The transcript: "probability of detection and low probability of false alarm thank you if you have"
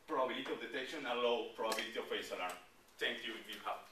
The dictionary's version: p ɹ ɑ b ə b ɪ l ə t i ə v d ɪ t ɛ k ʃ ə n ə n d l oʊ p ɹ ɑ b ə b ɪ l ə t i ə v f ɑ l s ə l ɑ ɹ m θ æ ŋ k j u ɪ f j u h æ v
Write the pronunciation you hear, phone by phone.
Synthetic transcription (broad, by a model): p ɹ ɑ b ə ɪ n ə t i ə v d ɪ t ɛ k ʃ ə n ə l oʊ p ɹ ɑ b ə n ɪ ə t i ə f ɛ s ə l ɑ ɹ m t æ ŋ k j u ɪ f j u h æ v